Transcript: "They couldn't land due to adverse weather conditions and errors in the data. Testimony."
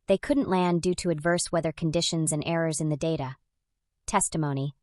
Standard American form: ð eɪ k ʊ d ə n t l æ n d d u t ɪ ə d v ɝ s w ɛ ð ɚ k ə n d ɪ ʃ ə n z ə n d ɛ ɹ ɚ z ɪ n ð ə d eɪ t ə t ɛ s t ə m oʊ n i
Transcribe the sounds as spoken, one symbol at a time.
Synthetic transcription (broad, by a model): ð eɪ k ʊ d n t l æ n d d u t ɪ ə d v ɝ s w ɛ ð ɚ k n d ɪ ʃ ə n z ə n ɛ ɹ ɚ z ɪ n ð ə d eɪ t ə t ɛ s t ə m oʊ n i